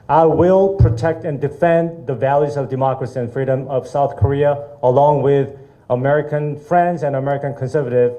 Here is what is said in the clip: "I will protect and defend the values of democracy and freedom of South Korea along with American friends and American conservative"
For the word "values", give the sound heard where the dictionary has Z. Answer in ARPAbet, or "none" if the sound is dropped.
Z